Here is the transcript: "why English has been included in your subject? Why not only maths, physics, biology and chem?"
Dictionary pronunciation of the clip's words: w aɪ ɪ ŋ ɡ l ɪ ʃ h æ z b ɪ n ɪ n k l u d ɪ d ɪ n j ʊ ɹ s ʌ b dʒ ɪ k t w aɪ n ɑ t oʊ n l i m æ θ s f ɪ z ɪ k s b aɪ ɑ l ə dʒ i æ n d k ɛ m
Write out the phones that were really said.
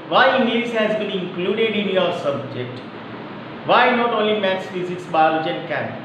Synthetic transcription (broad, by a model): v aɪ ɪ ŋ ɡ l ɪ s h æ z b ɪ n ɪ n k l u d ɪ d ɪ n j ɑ ɹ s ʌ b dʒ ɪ k t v aɪ n ɑ t oʊ n l i m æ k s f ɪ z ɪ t s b aɪ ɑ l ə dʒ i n k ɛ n